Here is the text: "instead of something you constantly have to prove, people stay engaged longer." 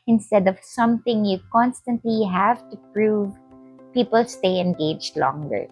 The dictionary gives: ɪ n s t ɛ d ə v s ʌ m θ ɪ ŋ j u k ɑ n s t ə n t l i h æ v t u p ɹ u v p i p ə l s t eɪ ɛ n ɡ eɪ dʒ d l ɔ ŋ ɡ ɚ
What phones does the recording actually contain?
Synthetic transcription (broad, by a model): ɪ n s t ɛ d ə v s ʌ m t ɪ ŋ j u k ɑ n s t ə n t l i h æ v t u p ɹ u v p i p ə l s t eɪ ɛ n ɡ eɪ dʒ d l ɔ ŋ ɡ ɚ